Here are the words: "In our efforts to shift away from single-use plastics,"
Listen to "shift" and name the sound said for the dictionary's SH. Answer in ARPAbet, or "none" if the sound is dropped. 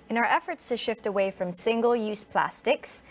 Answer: SH